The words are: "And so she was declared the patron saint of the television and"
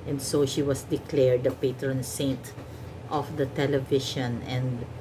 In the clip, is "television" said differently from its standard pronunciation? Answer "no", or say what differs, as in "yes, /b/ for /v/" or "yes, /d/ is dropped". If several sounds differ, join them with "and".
yes, /ʃ/ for /ʒ/